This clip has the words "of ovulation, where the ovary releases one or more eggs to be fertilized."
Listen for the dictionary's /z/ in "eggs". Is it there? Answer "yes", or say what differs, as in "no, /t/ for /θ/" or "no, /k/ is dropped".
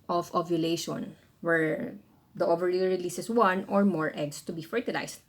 no, /s/ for /z/